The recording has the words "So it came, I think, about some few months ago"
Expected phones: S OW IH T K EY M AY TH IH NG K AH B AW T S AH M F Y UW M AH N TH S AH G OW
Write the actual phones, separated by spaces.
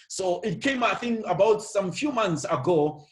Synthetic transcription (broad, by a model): S OW IH T K EY M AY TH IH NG AH B AW T S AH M F Y UW M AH N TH S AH G OW